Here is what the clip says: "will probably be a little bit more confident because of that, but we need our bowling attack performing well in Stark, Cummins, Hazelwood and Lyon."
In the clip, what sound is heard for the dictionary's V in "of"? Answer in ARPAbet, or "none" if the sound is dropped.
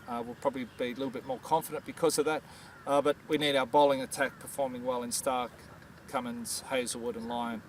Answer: V